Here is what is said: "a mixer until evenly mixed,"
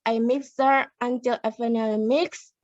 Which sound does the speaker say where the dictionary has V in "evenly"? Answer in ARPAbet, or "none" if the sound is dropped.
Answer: F